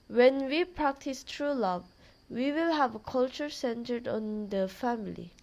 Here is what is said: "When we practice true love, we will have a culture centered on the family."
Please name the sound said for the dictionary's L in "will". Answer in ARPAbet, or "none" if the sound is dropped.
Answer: L